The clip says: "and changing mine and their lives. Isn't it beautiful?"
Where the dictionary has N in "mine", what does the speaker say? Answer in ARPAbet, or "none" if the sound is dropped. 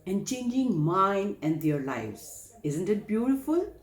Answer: N